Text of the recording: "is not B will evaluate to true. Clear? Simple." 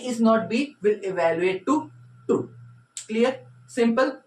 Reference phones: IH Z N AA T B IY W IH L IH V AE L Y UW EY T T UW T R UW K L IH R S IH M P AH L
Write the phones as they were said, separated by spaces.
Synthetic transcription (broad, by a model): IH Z N AA T B IY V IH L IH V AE L Y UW EY T T UW T UW K L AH R S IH M P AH L